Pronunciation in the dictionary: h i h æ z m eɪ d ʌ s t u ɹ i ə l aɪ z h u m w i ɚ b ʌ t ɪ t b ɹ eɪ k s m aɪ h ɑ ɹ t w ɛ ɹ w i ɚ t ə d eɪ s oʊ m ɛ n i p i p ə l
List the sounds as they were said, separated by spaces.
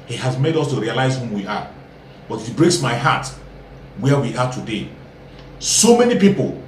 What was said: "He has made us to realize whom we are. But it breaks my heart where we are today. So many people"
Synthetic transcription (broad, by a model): h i h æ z m eɪ d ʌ s t u ɹ i ə l aɪ z h u m w i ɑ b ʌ t ɪ t b ɹ eɪ k s m aɪ h ɑ t w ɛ w i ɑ t ə d eɪ s oʊ m ɛ n i p i p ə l